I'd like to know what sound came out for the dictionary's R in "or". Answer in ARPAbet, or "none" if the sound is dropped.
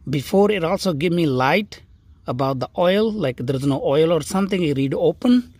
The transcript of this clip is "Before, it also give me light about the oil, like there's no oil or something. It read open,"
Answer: R